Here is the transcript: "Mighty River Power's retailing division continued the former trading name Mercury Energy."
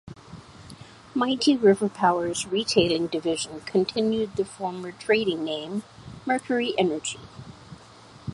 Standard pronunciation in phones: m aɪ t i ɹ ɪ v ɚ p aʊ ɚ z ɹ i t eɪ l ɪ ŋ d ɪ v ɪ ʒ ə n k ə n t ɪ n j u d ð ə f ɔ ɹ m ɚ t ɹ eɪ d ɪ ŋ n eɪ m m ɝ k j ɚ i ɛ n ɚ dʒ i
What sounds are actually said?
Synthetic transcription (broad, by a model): m aɪ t i ɹ ɪ v ɚ p aʊ ɚ z ɹ i t eɪ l ɪ ŋ d ɪ v ɪ ʒ ə n k ə n t ɪ n j u d ð ə f ɔ ɹ m ɚ t ɹ eɪ d ɪ ŋ n eɪ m m ɝ k j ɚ i ɛ n ɚ dʒ i